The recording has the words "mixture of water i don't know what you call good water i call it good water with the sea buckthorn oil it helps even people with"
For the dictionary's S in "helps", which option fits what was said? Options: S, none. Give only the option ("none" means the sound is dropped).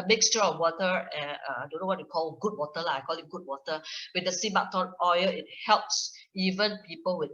S